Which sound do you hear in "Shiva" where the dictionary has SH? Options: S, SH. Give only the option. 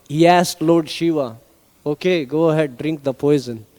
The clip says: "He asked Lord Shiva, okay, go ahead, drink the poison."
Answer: SH